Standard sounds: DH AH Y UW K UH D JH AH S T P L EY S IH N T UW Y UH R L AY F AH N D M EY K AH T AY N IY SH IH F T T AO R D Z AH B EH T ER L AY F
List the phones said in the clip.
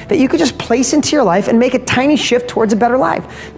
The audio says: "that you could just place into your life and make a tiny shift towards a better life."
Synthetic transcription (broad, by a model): DH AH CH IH K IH D JH AH S P L EY S IH N T UW Y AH R L AY F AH N M EY K AH T AY N IY SH IH F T T AO R D Z AH B EH T ER L AY F